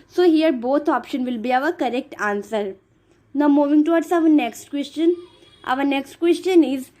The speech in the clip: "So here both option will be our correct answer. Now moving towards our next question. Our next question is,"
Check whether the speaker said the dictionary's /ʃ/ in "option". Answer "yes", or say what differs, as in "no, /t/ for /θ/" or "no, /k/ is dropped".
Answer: yes